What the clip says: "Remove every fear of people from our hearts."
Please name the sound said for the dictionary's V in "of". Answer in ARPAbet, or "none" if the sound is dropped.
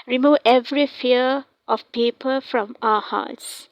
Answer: F